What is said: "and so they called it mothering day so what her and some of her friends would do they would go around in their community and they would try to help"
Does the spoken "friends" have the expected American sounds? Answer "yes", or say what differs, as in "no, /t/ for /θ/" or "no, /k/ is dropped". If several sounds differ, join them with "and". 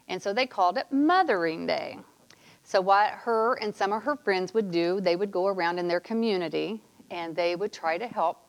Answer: yes